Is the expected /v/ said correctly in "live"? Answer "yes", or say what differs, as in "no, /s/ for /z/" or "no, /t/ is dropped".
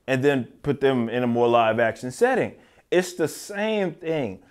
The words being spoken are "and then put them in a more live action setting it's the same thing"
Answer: yes